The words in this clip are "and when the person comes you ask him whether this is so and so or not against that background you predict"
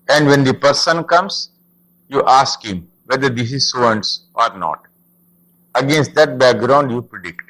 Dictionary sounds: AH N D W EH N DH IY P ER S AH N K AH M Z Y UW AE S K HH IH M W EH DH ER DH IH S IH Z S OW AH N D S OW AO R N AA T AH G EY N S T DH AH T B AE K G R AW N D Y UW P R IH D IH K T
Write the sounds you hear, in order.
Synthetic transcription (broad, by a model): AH N D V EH N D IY P ER S AH N K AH M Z Y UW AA S K HH IH M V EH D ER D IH S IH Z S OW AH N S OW AO R N AA T AH G EY N S T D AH T B AE K G R AW N D Y UW P R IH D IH K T